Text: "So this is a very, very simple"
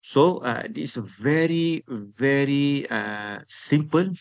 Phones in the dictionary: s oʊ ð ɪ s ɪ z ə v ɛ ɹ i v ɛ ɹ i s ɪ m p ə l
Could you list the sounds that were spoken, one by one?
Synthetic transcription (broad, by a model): s oʊ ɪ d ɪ s ə v ɛ ɹ i v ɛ ɹ i s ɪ m p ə l